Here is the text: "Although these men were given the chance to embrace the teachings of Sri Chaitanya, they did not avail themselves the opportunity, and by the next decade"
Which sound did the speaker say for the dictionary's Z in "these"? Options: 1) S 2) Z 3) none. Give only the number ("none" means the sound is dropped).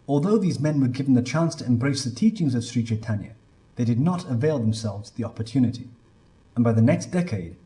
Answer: 2